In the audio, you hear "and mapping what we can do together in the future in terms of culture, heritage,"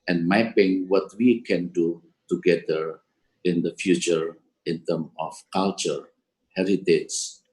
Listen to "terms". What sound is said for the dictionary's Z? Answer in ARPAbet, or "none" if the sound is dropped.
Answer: none